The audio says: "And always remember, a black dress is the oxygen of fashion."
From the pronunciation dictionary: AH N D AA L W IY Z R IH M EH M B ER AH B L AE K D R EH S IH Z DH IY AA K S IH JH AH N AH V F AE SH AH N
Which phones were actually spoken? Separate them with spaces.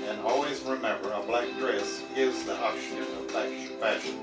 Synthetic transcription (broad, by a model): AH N AA L W IY Z R IH M EH M B ER AH B L AE K D R EH S IH Z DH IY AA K SH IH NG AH L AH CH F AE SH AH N